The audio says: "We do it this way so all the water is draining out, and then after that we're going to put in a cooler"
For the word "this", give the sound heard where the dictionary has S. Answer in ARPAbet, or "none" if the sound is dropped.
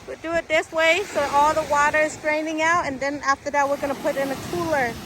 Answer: S